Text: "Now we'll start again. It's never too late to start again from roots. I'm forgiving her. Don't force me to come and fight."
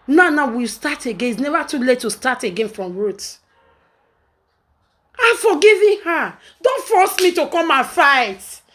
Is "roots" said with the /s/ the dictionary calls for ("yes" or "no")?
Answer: no